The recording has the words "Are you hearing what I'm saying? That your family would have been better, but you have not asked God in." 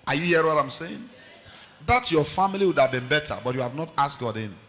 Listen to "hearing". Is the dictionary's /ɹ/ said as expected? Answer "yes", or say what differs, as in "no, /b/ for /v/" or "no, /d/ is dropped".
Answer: no, /ɹ/ is dropped